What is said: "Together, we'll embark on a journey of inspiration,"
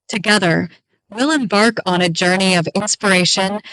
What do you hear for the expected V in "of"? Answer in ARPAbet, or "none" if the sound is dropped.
V